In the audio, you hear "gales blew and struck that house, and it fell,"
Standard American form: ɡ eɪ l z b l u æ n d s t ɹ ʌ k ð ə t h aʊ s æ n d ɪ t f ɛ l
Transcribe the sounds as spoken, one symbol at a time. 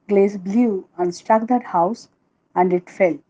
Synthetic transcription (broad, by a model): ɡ eɪ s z b l u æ n d s t ɹ ʌ k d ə t h aʊ s æ n d ɪ t f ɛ l